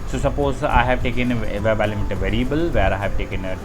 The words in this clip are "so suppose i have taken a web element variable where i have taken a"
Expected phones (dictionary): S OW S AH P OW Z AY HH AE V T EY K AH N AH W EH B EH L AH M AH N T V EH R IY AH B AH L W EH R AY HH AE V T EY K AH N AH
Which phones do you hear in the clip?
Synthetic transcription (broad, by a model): S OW S AH P OW Z AY HH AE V T EY K AH N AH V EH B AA L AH M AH T V EH R IY AH B AH L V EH R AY HH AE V T EY K AH N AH